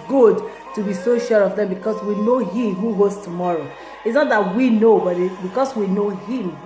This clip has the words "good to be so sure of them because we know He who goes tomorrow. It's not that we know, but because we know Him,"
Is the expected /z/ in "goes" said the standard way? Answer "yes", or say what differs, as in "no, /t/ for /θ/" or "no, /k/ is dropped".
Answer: no, /s/ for /z/